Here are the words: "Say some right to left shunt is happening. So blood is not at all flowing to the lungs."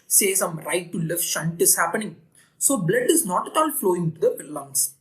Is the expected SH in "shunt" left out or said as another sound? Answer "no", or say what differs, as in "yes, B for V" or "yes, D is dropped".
no